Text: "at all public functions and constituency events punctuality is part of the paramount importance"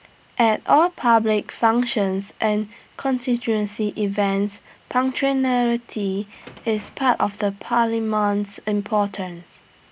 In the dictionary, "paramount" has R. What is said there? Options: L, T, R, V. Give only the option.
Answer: L